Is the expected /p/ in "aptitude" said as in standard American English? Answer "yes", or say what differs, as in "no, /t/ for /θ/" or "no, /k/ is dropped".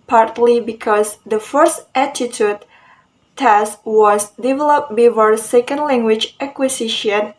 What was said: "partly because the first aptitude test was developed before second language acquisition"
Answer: no, /p/ is dropped